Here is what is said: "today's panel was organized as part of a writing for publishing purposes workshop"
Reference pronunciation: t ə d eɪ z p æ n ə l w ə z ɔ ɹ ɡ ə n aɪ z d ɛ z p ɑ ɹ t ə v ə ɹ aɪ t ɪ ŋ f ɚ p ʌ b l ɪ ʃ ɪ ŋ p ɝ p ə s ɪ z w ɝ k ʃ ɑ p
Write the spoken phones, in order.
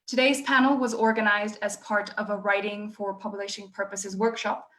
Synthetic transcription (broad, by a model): t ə d eɪ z p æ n l w ə z ɔ ɹ ɡ ə n aɪ z d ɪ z p ɑ ɹ t ə v ə ɹ aɪ t ɪ ŋ f ɚ p ʌ b l ɪ ʃ ɪ ŋ p ɝ p ə s ɪ z w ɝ k ʃ ɑ p